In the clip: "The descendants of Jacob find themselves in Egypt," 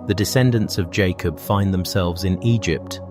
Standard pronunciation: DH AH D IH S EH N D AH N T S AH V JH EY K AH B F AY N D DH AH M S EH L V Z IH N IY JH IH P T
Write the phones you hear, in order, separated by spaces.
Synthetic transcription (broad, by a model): DH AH D IH S EH N D AH N T S AH V JH EY K AH B F AY N DH AH M S EH L V Z IH N IY JH IH P T